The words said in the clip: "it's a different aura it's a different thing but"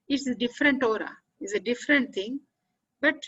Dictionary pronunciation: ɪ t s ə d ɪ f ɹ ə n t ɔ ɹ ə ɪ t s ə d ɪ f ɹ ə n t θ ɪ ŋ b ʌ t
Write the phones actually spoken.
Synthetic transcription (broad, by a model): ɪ t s ə d ɪ f ɹ ə n t ɔ ɹ ə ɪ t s ə d ɪ f ɹ ə n t t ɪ ŋ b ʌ t